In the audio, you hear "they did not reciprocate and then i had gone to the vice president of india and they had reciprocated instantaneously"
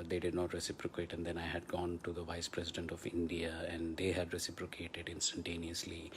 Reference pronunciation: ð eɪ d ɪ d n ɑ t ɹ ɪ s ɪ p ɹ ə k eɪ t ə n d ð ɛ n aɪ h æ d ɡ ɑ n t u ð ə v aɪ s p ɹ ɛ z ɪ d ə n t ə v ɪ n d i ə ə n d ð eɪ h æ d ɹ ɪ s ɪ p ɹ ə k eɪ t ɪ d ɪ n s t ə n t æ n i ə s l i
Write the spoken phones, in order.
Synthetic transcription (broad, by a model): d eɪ d ɪ d n ɑ t ɹ ɪ s ɪ p ɹ ə k eɪ t ə n d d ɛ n aɪ h æ d ɡ ɑ n t u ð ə v aɪ s p ɹ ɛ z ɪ d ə n t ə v ɪ n d i ə ə n d eɪ h æ d ɹ ɪ s ɪ p ɹ ə k eɪ t ɪ d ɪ n s t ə n t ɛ n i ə s l i